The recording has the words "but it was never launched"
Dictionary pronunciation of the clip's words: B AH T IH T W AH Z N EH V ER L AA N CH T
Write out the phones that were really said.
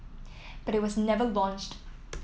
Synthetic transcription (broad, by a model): B AH T IH T W AH Z N EH V ER L AA N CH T